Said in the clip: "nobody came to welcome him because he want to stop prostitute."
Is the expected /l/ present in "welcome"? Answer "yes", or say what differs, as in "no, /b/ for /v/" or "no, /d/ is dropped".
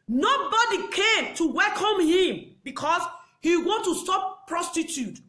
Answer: yes